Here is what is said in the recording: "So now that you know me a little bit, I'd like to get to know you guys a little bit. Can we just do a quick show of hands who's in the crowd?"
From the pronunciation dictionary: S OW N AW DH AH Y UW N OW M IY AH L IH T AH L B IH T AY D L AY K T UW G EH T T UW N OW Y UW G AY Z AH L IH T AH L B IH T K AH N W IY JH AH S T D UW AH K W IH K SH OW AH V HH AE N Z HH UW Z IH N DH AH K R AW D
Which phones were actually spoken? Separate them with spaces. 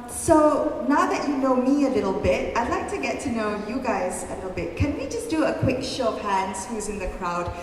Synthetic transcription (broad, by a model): S OW N AW DH AH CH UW N OW M IY AH L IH T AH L B IH T AY D L AY K T UW G EH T T UW N OW Y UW G AY Z AH L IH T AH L B IH T K AH N W IY JH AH S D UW AH K W IH K SH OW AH P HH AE N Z HH UW Z IH N DH AH K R AW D